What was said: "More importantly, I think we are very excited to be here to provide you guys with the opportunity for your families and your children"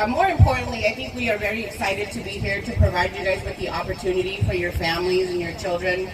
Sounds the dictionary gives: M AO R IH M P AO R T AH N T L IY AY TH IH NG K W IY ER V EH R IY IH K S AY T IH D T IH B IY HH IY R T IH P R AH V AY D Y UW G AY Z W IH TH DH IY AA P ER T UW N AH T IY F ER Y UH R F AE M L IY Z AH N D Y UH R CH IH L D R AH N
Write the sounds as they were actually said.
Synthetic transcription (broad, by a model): M AO R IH M P AO R T N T L IY AY TH IH NG K W IY ER V EH R IY IH K S AY T IH D T IH B IY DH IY R T IH P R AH V AY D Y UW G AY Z W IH DH IY AA P ER T UW N AH T IY F ER Y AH R F AE M L IY Z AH N Y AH R CH IH L D R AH N